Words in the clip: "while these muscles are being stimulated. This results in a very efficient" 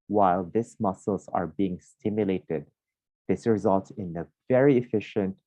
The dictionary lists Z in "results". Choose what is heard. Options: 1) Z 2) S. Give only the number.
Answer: 1